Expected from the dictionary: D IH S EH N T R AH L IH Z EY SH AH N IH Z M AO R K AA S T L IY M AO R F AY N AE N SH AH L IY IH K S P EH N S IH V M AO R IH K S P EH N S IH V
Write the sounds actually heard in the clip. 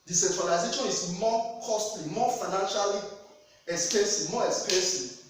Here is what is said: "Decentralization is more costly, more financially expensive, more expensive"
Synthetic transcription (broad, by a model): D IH S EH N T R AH L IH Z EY SH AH N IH S M AO K AA S T L IY M AO F AY N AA N SH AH L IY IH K S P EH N S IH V M AO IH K S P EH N S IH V